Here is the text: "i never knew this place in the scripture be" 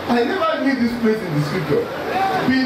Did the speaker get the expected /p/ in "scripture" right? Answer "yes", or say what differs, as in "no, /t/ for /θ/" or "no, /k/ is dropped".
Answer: no, /p/ is dropped